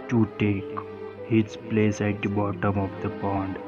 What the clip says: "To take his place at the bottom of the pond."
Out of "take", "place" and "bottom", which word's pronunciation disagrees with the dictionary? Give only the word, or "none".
none